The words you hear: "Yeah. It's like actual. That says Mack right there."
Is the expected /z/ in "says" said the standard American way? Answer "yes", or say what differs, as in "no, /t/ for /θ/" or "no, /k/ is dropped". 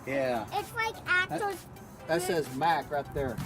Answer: yes